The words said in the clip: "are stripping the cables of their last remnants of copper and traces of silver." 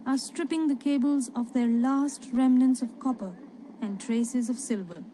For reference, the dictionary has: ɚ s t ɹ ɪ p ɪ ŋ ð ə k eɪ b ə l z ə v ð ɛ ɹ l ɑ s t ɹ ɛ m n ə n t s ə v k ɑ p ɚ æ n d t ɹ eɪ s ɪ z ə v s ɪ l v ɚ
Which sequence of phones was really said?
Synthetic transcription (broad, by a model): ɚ s t ɹ ɪ p ɪ ŋ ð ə k eɪ b ə l z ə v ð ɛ ɹ l ɑ s t ɹ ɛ m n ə n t s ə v k ɑ p ɚ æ n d t ɹ eɪ s ɪ z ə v s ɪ l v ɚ